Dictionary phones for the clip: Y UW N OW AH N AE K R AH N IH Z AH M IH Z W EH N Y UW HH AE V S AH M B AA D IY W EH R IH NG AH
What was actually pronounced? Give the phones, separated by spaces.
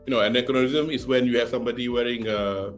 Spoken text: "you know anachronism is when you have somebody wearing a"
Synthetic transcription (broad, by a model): Y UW N OW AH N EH K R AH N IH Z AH M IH S W EH N Y UW HH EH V S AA M B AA D IY W EH R IH NG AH